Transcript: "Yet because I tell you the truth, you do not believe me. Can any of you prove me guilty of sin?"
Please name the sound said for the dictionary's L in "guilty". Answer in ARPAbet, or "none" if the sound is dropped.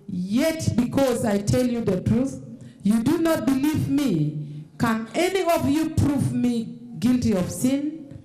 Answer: L